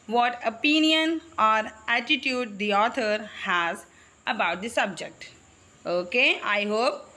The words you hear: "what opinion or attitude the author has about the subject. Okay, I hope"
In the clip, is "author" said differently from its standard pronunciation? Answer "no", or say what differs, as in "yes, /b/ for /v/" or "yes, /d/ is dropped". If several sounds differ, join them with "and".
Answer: yes, /t/ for /θ/